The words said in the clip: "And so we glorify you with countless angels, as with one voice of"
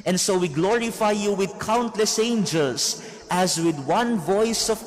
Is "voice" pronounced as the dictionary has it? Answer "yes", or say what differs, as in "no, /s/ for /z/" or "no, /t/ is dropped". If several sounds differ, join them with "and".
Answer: yes